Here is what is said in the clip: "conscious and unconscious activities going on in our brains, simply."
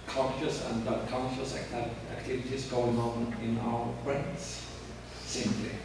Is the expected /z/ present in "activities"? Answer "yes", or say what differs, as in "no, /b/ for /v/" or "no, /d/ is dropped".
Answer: no, /s/ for /z/